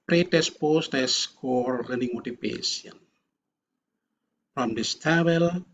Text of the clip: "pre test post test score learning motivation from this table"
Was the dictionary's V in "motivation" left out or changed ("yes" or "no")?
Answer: yes